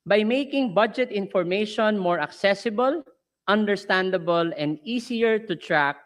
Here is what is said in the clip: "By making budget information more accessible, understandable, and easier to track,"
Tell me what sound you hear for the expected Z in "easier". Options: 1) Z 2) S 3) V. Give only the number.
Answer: 2